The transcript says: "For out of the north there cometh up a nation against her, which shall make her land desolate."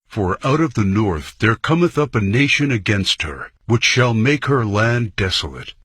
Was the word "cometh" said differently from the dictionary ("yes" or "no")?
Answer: no